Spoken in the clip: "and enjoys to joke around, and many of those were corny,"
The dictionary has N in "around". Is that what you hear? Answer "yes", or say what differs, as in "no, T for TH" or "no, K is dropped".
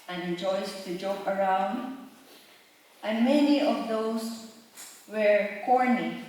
yes